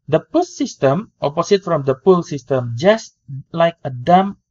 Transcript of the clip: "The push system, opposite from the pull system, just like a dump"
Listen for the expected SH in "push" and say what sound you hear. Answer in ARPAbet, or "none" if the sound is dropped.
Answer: S